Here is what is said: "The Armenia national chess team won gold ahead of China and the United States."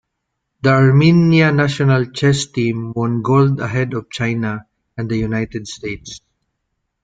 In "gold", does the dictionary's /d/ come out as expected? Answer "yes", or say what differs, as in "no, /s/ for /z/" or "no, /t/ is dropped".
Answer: yes